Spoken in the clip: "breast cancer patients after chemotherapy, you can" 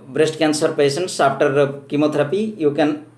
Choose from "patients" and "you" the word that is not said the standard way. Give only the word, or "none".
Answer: patients